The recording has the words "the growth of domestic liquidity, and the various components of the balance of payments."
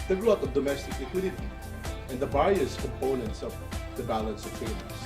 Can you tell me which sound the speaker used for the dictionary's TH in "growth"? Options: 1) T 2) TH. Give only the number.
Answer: 1